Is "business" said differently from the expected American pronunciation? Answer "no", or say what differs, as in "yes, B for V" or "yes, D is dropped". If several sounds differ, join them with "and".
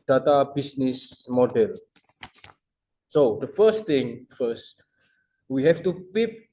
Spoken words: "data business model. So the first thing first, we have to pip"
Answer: yes, S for Z